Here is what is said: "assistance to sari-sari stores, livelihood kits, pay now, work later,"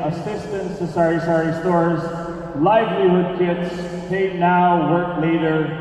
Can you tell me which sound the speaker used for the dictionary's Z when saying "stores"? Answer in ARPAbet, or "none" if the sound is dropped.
Z